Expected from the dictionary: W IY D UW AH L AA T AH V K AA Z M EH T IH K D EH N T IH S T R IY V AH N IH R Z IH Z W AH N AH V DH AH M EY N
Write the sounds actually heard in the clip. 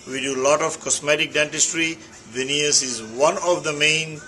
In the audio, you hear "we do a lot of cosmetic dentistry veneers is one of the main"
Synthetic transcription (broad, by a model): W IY D UW L AA T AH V K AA S M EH T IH K D EH N T IH S T R IY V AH N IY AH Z IH Z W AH N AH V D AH M EY N